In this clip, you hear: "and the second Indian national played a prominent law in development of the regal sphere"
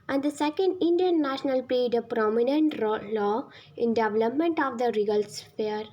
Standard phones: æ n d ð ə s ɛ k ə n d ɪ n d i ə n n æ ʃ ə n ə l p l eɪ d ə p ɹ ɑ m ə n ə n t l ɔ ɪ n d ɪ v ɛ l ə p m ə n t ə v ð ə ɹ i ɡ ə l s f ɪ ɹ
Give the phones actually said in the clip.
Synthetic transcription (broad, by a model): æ n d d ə s ɛ k ə n d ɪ n d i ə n n æ ʃ ə n ə l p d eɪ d ə p ɹ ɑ m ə n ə n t l ɔ ɪ n d ɪ v ɛ l ə p m ə n t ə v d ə ɹ i ɡ ə l s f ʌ ɹ